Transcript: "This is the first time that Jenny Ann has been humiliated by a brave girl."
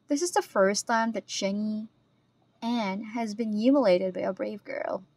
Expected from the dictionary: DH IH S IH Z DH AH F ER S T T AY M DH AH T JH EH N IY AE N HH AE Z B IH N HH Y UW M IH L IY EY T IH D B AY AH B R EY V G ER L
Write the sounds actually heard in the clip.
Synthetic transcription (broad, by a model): DH IH S IH Z DH AH F ER S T T AY M DH AH T JH EH N IY AE N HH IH Z B IH N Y UW M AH L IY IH T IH D B AY AH B R EY V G ER L